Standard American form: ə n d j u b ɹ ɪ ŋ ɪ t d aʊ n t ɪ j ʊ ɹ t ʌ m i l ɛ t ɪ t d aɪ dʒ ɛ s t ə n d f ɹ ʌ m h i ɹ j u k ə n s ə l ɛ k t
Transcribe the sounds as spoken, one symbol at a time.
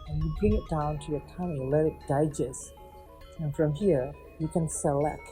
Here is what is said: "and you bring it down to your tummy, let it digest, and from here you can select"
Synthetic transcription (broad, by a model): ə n j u b ɹ ɪ ŋ ɪ t d aʊ n t ɪ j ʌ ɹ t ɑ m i l ɛ t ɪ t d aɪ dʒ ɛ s ə n f ɹ ʌ m h i ɹ j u k ə n s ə l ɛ k t